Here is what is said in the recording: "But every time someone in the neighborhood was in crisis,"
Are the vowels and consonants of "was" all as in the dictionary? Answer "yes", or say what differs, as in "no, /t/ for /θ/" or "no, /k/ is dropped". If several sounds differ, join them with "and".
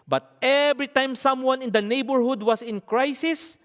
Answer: no, /s/ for /z/